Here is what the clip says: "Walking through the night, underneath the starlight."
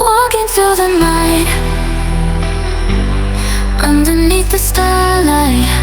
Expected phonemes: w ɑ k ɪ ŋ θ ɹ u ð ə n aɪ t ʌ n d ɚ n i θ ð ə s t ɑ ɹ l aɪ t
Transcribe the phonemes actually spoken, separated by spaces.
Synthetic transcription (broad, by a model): w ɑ k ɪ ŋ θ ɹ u ð ə n aɪ t ʌ n d ɚ n i θ ð ə s t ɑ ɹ l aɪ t